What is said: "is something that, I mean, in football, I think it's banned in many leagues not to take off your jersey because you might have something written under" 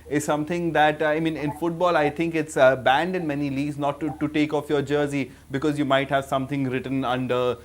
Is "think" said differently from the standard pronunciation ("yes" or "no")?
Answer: yes